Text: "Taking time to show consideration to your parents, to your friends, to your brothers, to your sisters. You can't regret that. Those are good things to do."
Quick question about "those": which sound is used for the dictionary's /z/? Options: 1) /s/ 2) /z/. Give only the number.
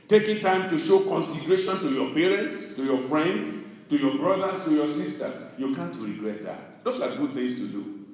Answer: 1